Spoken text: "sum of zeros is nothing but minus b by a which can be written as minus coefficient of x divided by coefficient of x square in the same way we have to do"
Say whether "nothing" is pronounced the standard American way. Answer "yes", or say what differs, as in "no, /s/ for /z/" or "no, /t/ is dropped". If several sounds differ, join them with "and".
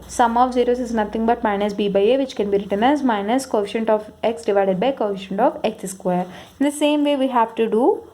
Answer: no, /t/ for /θ/